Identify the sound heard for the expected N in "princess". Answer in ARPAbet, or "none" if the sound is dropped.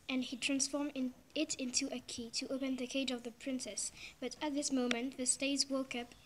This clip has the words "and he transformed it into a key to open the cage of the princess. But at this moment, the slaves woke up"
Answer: N